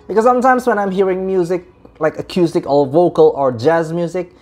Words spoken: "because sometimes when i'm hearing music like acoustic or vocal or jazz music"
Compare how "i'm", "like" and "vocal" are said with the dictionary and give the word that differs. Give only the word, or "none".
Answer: none